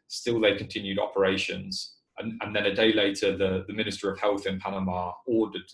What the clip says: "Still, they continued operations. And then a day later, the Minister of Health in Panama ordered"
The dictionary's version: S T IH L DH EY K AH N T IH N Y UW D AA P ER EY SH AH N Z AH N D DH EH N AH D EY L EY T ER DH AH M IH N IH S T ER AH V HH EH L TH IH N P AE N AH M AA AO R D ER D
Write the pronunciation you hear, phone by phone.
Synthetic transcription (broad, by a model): S T IH L DH EY K AH N T IH N Y UW D AA P ER EY SH AH N Z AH N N DH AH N AH D EY L EY T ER DH AH M IH N IH S T ER AH V HH EH L TH IH N P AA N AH M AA AO D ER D